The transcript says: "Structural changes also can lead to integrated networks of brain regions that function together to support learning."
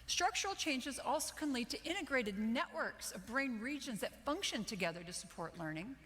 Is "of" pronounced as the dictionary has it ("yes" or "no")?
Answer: yes